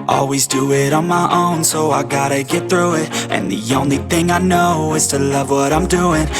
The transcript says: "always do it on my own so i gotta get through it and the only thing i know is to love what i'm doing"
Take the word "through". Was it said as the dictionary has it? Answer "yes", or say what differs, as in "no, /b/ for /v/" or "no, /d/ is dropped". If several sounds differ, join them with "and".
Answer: yes